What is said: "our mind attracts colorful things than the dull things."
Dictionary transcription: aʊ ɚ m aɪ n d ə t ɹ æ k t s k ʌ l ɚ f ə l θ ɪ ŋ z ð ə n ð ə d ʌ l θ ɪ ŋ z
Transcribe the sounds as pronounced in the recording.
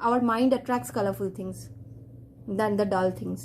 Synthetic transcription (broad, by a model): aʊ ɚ m aɪ n d ə t ɹ æ k t s k ʌ l ɚ f ə l t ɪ ŋ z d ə n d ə d ʌ l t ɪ ŋ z